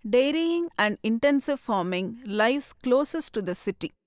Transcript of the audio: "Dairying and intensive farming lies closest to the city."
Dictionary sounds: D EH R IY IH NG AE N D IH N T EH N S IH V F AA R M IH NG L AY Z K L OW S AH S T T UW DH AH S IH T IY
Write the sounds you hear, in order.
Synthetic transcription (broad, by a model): D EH R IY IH NG AE N D IH N T EH N S IH V F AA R M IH NG L AY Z K L OW S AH S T T UW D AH S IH T IY